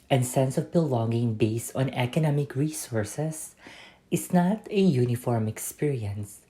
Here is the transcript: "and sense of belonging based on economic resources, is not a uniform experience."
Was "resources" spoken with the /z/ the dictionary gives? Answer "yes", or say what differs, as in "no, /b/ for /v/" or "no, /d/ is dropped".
no, /s/ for /z/